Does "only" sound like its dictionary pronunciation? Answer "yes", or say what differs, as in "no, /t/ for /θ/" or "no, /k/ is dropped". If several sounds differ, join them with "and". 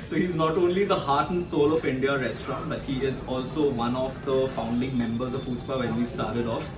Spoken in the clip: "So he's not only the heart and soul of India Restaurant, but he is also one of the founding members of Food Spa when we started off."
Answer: yes